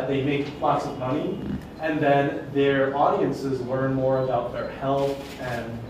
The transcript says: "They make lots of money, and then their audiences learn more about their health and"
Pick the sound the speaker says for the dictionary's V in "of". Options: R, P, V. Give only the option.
V